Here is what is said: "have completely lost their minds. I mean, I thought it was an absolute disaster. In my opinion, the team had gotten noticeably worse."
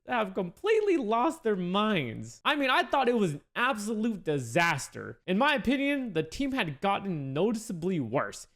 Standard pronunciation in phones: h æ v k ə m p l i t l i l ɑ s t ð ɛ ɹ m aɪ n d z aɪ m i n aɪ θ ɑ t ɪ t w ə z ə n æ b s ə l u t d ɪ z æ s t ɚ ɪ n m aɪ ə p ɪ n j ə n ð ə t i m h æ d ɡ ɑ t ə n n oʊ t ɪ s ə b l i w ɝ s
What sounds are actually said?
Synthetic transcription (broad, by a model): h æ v k ə m p l i t l i l ɑ s t ð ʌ ɹ m aɪ n d z aɪ m i n aɪ θ ɑ t ɪ t w ə z n æ b s ə l u t d ɪ z æ s t ɚ ɪ n m aɪ ə p ɪ n j ə n ð ə t i m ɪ d ɡ ɑ t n n oʊ t ɪ s ə b l i w ɝ s